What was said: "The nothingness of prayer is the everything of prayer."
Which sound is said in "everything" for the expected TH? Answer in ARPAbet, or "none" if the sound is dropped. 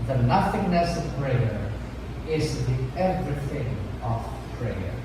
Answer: TH